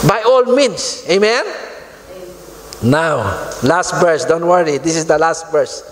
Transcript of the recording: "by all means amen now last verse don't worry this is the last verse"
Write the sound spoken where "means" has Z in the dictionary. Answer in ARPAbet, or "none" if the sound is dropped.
S